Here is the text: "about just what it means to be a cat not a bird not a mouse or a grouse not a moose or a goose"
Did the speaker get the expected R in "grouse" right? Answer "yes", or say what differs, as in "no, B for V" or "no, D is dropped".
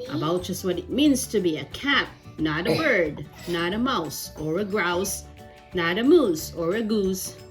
yes